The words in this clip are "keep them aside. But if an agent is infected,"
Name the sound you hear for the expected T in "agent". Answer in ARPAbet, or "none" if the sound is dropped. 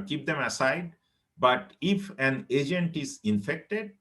T